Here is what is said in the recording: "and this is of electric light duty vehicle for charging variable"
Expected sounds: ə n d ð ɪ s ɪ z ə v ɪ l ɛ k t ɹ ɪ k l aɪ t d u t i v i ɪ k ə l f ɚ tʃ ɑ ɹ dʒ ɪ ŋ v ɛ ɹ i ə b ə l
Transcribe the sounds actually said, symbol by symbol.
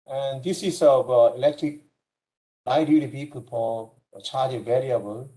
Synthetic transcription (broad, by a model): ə n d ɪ s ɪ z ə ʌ ɪ l ɛ k t ɹ ɪ k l aɪ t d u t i p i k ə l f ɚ tʃ ɑ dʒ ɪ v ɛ ɹ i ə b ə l